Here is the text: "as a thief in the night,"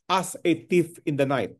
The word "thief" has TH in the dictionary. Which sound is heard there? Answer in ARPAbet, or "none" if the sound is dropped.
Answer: T